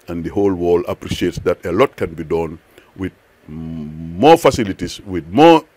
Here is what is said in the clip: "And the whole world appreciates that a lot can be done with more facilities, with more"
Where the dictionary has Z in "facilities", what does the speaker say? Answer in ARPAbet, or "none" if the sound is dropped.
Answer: S